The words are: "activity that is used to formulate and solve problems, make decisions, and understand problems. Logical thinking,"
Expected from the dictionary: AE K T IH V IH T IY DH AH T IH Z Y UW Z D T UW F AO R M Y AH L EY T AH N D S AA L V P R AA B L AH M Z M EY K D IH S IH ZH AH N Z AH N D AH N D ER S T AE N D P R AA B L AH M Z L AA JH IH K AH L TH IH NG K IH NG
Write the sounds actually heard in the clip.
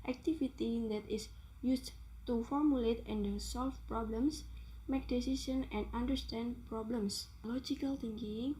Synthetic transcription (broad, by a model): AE K T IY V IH T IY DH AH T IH S Y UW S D T UW F AO R M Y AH L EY T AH N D S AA L F P R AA B L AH M S M EY K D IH S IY S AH N AH N D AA N D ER S T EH N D P R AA B L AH M S L AA JH IH K AH L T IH NG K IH NG